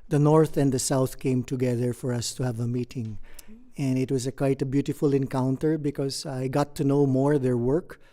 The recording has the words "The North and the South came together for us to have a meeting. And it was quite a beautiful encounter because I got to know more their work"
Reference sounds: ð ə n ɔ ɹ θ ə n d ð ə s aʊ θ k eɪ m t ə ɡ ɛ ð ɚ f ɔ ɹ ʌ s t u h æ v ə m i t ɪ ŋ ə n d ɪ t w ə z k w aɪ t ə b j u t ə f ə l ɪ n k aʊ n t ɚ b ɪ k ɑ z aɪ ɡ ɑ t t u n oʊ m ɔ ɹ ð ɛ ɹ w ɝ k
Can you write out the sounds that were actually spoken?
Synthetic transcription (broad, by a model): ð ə n ɔ ɹ θ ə n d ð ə s aʊ θ k eɪ m t ə ɡ ɛ ð ɚ f ɔ ɹ ʌ s t u h æ v ə m i t ɪ ŋ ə n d ɪ t w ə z k w aɪ t ə b j u t ə f ə l ɪ n k aʊ n t ɚ b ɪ k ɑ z aɪ ɡ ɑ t t u n oʊ m ɔ ɹ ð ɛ ɹ w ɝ k